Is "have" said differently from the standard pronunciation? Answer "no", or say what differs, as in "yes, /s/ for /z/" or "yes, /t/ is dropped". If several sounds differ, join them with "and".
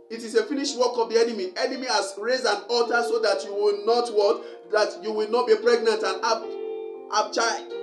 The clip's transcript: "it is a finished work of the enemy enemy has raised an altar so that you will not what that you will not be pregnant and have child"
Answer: yes, /b/ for /v/